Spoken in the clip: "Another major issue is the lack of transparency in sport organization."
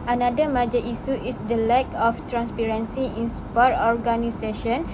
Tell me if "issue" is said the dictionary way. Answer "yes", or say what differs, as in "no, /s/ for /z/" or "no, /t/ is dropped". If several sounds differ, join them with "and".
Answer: no, /s/ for /ʃ/